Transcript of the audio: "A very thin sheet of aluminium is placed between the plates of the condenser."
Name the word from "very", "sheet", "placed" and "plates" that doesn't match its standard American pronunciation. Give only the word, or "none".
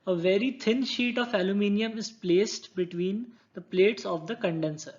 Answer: none